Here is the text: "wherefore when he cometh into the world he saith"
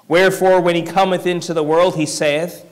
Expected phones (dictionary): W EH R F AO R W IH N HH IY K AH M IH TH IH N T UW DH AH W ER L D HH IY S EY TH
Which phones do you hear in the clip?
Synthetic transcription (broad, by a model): W EH R F AO R W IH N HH IY K AH M IH TH IH N T UW DH AH W ER L D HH IY S EY TH